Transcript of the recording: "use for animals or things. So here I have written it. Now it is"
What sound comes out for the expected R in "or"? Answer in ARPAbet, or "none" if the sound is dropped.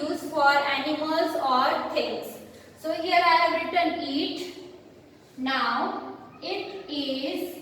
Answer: R